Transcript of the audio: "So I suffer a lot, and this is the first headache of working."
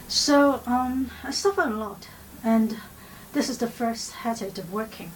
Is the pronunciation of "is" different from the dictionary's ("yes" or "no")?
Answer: no